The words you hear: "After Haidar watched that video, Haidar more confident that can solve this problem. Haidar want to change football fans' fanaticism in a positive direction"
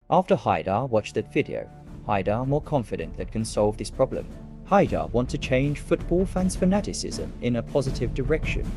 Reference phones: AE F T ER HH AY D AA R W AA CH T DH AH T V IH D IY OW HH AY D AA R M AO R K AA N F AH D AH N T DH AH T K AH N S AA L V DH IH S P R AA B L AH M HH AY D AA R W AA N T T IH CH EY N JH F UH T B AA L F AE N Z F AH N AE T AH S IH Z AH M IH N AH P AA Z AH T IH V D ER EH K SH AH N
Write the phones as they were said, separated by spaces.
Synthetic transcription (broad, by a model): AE F T ER HH AY D AA R W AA CH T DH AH T F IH D IY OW HH AY D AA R M AO R K AA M F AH D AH N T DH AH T K AH N S AA L V DH IH S P R AA B L AH M HH AY D AA R W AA N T T IH CH EY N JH F UH T B AA L F AE N Z F AH N AE T AH S IH Z AH M IH N AH P AA Z AH T IH V D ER EH K SH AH N